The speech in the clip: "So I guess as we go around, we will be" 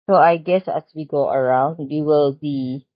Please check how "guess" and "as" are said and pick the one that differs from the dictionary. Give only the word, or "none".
as